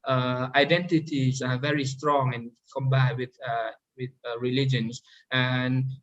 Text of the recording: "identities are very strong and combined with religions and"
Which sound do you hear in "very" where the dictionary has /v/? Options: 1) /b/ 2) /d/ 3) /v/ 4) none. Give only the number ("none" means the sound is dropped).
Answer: 3